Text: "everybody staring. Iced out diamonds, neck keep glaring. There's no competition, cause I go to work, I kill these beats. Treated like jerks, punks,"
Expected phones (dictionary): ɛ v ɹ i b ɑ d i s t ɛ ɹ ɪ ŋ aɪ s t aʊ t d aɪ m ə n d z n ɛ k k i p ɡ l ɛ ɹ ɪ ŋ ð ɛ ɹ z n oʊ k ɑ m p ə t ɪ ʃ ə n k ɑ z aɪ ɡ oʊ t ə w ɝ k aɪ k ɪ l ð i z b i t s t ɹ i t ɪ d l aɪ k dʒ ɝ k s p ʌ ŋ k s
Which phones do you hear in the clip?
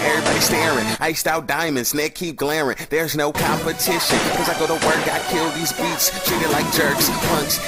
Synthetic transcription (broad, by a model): ɛ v ɹ i b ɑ d i s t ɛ ɹ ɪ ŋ aɪ s t aʊ t d aɪ m ə n d z n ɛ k k i p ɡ l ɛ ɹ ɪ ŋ ð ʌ ɹ z n oʊ k ɑ m p ə t ɪ ʃ ə n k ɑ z aɪ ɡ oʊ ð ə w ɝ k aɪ k ɪ l ð i z b i t s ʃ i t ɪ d l aɪ k dʒ ɝ k s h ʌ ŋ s